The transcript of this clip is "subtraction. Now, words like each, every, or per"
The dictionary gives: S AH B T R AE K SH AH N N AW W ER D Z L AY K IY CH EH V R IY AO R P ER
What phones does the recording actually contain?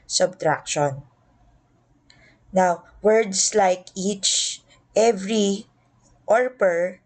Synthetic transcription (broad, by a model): S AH B T R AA K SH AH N N AW W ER D S L AY K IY CH EH V R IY AO R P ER